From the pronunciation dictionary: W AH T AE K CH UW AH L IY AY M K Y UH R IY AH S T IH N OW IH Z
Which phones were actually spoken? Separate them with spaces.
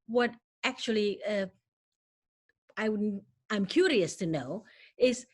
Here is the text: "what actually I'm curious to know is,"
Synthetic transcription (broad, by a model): W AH T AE K CH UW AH W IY AY M K Y UH R IY AH S T IH N OW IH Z